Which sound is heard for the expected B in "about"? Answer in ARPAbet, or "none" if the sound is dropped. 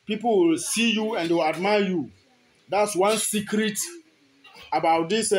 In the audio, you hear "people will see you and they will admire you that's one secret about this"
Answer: B